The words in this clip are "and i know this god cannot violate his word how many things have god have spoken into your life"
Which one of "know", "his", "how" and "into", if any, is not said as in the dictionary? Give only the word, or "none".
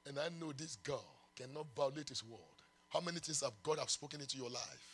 his